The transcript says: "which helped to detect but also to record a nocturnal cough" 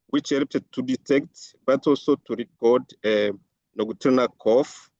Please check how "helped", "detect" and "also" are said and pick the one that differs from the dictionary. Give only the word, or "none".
helped